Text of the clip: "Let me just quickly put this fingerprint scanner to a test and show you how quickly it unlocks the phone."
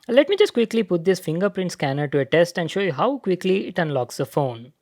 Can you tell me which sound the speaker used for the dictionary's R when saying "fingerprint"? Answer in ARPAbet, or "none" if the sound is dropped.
R